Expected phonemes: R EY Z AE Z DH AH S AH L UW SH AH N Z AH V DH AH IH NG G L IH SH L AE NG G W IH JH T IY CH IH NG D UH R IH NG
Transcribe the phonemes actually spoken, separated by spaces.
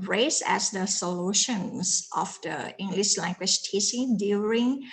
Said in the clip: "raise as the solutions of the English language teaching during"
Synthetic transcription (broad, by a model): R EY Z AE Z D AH S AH L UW SH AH N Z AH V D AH IH NG G L IH SH L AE NG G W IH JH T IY S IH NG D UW R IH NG